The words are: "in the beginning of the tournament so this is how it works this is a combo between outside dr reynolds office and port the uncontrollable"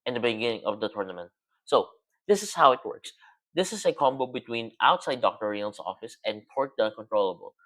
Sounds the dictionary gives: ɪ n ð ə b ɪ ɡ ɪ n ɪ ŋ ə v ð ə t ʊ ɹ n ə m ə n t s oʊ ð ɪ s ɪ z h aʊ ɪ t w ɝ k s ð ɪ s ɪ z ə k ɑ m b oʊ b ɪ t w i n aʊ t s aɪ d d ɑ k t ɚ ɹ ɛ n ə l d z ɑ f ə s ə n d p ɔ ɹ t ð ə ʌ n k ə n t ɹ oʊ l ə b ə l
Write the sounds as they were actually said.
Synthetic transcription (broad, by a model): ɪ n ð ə b ɪ ɡ ɪ n ɪ ŋ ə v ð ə t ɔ ɹ n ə m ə n t s oʊ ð ɪ s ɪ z h aʊ ɪ t w ɝ k s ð ɪ s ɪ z ə k ɑ m b oʊ b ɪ t w i n aʊ t s aɪ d d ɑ k t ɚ ɹ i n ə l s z ɑ f ə s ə n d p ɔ ɹ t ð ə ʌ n k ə n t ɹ oʊ l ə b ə l